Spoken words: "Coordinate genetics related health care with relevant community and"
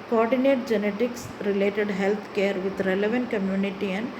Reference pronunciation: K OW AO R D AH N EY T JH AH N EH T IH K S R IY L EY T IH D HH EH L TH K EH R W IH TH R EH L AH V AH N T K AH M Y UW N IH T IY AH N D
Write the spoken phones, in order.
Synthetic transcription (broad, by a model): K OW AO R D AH N EY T JH AH N EH T IH K S R IY L EY T IH D HH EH L T K EH R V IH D R EH L AH V AH N T K AH M Y UW N IH T IY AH N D